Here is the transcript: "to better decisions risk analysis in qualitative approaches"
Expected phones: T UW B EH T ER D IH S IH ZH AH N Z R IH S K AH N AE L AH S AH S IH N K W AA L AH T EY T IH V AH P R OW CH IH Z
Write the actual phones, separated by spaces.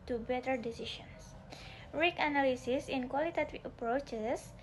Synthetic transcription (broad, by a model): T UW B EH T ER D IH S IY SH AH N S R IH K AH N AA L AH S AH S IH N K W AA L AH T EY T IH AH P R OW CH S